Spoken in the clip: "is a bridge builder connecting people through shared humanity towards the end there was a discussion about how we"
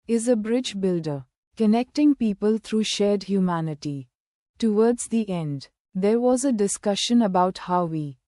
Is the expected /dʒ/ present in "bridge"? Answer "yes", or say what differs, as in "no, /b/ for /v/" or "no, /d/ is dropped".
yes